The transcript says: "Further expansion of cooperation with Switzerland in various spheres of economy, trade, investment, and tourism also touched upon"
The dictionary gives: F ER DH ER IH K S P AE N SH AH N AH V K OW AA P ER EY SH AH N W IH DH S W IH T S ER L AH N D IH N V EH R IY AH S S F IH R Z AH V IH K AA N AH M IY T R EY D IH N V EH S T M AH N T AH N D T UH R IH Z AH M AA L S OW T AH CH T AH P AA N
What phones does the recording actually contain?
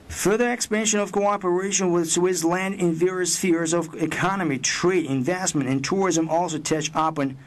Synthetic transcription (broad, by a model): F ER DH ER IH K S P AE N SH AH N AH V K OW AA P ER EY SH AH N W IH DH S W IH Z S L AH N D IH N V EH R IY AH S S F IH R Z AH V IH K AA N AH M IY T R EY D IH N V EH S T M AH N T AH N T UH R IH Z AH M AA L S OW T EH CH AH P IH N